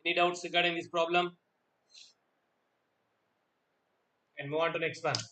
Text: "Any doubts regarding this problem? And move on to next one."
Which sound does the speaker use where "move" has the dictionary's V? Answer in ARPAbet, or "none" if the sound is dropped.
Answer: none